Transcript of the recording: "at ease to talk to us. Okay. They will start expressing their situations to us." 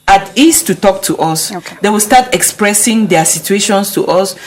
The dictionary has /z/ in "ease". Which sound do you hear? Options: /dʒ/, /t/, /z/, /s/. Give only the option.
/s/